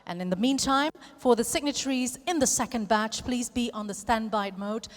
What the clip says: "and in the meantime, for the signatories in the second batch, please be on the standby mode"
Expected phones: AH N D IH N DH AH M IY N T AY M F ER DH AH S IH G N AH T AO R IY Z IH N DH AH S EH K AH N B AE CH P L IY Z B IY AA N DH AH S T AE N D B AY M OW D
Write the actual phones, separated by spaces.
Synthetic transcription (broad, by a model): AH N IH N DH AH M IY N T AY M F ER DH AH S IH G N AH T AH R IY Z IH N DH AH S EH K AH N B AE CH P L IY Z B IY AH N DH AH S T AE N B AY M OW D